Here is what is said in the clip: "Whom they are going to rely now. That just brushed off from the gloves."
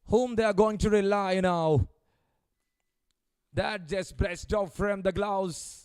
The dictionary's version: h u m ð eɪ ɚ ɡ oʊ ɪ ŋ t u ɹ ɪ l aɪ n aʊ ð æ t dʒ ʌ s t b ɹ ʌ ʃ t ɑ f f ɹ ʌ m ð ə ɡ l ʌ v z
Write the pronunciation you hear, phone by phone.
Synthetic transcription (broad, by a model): h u m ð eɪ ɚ ɡ oʊ ɪ ŋ t u ɹ ɪ l aɪ n aʊ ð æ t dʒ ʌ s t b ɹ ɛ s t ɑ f f ɹ ʌ m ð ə ɡ l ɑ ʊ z